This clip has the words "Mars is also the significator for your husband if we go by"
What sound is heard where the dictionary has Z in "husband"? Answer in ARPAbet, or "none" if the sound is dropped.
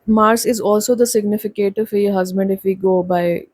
Z